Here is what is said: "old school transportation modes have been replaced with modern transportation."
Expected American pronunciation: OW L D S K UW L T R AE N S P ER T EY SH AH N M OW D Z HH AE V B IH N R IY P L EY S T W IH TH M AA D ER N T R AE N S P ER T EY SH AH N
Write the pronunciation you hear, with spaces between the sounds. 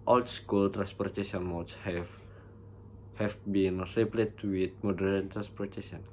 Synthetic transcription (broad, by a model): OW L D S K UW L T R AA N S P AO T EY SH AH N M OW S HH HH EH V B IH N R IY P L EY T W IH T M AA D ER N T R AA N S P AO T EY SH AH N